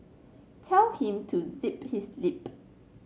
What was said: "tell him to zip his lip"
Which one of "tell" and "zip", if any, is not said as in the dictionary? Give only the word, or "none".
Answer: none